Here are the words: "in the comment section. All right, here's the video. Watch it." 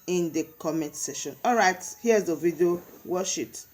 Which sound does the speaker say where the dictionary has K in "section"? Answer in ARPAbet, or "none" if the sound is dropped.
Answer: none